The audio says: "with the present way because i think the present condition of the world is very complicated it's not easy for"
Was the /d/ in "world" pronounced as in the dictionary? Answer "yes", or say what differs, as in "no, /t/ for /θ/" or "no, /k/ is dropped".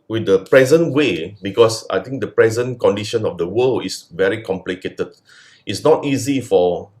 no, /d/ is dropped